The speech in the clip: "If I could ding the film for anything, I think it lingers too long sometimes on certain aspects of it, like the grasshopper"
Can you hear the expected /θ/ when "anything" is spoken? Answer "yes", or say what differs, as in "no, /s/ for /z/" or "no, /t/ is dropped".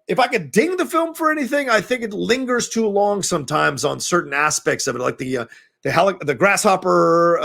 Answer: yes